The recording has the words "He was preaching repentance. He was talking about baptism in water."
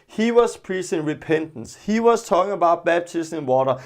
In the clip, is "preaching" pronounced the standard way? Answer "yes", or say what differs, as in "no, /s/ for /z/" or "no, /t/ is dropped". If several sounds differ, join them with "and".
no, /s/ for /tʃ/